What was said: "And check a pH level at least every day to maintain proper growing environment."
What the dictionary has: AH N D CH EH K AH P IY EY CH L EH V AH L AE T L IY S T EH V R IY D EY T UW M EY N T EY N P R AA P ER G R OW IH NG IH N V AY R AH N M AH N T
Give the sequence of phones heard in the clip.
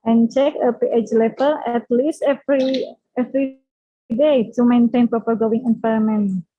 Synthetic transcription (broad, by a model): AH N CH EH K AH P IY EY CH L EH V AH L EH T L IY S T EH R R IY D EY T UW M EY N T EY N P R AA P ER G OW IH NG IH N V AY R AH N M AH N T